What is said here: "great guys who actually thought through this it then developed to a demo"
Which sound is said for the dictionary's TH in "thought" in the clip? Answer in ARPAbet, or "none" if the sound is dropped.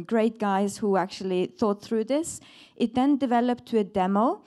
TH